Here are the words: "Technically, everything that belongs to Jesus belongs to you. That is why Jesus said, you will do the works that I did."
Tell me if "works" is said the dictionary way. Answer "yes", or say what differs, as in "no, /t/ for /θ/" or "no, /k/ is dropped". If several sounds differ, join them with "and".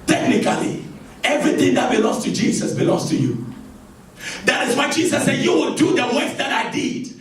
no, /k/ is dropped